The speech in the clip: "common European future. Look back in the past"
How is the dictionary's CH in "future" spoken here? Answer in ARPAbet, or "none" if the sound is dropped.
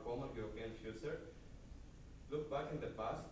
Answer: S